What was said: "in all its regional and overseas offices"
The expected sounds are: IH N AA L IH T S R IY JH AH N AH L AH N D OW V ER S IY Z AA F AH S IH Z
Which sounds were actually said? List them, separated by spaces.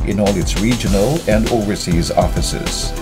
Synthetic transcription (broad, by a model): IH N AA L IH T S R IY JH AH N AH L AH N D OW V ER S IY Z AA F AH S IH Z